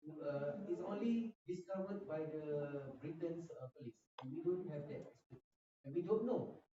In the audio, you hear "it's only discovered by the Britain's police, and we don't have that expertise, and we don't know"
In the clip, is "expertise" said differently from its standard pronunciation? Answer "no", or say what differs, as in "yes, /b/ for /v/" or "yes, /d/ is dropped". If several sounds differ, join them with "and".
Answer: yes, /k/ is dropped